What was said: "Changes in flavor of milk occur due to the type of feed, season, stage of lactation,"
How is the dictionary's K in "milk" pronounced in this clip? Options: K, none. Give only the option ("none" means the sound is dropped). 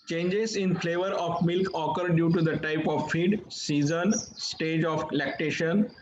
K